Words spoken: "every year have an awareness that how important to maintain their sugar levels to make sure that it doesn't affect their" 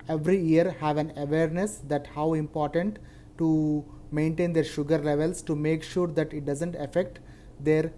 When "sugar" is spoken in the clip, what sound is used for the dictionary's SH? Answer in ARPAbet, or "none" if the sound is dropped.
SH